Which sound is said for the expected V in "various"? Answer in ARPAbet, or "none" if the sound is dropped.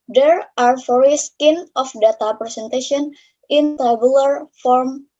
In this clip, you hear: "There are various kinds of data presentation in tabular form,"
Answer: F